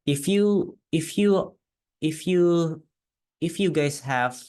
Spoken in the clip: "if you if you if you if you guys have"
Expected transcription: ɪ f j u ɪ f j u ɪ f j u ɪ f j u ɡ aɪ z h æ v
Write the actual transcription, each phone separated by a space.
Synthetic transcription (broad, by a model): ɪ f j u ɪ f j u ɪ f j u ɪ f j u ɡ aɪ s h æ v